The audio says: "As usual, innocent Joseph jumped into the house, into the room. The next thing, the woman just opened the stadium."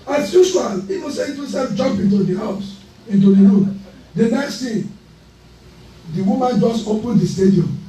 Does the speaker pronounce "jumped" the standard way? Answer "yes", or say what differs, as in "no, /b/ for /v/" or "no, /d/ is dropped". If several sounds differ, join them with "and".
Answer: no, /t/ is dropped